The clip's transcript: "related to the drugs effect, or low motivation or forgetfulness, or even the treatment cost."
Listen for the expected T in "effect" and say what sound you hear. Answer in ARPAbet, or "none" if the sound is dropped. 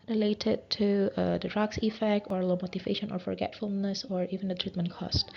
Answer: T